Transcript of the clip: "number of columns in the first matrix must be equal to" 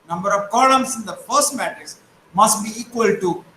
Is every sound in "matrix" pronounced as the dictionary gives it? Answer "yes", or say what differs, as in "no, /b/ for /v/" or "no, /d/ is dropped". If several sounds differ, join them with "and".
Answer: no, /ɹ/ is dropped and /k/ is dropped